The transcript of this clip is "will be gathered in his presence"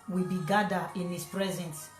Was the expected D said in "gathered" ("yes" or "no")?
no